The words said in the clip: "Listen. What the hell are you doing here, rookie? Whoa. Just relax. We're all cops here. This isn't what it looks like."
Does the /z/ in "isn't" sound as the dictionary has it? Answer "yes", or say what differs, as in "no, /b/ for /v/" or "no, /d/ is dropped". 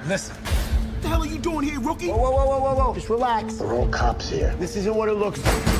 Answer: yes